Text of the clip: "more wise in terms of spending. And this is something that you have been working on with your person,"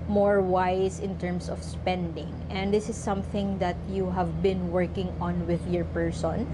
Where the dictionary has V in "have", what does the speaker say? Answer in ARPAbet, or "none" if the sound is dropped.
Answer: V